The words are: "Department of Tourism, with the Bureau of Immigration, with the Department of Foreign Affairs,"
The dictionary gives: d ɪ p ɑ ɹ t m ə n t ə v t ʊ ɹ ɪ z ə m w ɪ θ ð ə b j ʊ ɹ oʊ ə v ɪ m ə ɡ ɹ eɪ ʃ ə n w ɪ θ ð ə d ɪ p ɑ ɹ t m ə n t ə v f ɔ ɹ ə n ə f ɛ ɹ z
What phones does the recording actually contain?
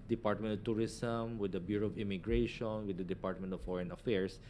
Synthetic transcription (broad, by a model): d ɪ p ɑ ɹ t m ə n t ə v t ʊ ɹ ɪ s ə m w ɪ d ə b j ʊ ɹ oʊ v ɪ m ə ɡ ɹ eɪ ʃ ə n w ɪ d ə d ɪ p ɑ ɹ t m ə n t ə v f ɔ ɹ ə n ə f ɛ ɹ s